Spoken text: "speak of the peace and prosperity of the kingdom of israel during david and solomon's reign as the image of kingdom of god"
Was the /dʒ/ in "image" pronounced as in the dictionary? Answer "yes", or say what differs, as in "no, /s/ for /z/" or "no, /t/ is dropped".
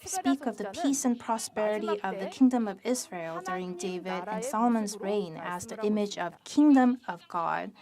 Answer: yes